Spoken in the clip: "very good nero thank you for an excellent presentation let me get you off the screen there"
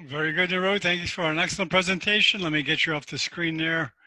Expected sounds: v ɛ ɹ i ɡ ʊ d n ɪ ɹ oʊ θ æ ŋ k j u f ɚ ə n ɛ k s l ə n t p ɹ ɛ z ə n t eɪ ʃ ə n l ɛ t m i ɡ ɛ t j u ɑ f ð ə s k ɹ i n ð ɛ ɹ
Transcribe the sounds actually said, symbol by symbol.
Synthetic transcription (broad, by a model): v ɛ ɹ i ɡ ʊ d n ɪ ɹ oʊ θ æ ŋ k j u f ɚ ə n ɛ k s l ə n p ɹ ɛ z ə n t eɪ ʃ ə n l ɛ t m i ɡ ɛ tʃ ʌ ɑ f ð ə s k ɹ i n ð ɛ ɹ